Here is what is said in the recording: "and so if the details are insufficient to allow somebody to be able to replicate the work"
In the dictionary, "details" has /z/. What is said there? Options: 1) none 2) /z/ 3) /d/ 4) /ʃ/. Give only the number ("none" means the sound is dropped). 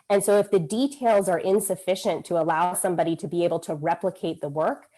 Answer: 2